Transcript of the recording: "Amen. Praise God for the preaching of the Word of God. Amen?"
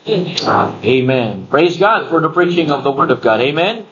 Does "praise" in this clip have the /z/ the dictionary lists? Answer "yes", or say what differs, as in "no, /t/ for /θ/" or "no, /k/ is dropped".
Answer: yes